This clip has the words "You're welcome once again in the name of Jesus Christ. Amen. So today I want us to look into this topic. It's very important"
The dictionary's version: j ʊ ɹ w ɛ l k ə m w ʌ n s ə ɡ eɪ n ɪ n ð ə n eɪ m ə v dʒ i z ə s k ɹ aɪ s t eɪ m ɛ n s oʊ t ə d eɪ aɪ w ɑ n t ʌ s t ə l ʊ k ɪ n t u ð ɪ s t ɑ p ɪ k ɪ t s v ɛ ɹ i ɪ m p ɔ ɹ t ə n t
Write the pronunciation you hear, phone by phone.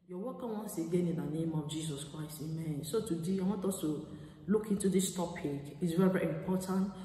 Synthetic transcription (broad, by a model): j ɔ w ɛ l k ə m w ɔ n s ə ɡ eɪ n ɪ n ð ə n eɪ m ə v dʒ i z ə s k ɹ aɪ s t eɪ m ɛ n s oʊ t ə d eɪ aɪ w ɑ t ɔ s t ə l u k ɪ n t u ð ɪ s t ɑ p ɪ k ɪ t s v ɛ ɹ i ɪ m p ɔ t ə n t